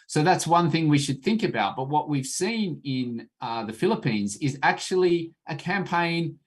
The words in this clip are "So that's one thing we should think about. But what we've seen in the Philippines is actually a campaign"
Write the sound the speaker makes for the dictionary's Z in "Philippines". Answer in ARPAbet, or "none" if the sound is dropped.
Z